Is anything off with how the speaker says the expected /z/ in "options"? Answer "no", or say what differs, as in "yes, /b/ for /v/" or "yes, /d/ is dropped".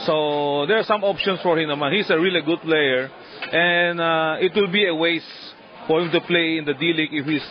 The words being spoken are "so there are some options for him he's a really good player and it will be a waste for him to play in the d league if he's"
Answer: yes, /s/ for /z/